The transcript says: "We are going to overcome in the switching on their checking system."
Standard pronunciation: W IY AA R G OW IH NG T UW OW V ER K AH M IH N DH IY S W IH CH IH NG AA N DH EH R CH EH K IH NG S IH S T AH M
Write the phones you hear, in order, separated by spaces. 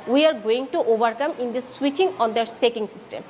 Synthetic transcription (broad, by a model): W IY AA R G OW IH NG T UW OW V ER K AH M IH N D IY S W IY CH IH NG AA N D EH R S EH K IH NG S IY S T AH M